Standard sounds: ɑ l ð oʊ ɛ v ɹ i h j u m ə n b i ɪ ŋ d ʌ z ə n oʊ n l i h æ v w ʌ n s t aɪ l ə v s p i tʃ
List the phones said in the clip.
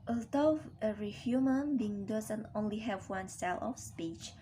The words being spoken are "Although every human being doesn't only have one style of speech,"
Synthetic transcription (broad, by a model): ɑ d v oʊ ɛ ɹ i h j u m ə n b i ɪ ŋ d ʌ z ə n oʊ n l i h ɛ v w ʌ n s t aɪ l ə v s p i tʃ